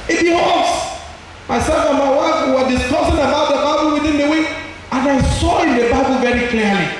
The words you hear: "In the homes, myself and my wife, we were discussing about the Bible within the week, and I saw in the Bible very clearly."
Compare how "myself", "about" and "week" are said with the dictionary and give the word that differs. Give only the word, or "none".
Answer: week